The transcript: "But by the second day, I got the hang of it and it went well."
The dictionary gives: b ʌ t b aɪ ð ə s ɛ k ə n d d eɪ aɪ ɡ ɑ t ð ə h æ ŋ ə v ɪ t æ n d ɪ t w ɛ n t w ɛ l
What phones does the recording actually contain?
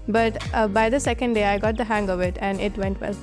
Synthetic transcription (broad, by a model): b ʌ t b aɪ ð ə s ɛ k ə n d d eɪ aɪ ɡ ɑ t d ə h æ ŋ ə v ɪ t æ n d ɪ t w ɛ n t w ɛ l